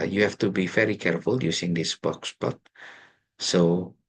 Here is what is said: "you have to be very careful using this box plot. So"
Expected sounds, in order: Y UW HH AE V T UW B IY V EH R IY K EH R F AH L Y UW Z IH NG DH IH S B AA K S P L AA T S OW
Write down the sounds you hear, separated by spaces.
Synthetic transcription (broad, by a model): Y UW HH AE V T UW B IY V EH R IY K EH R F AH L Y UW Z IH NG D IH S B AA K S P AA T S OW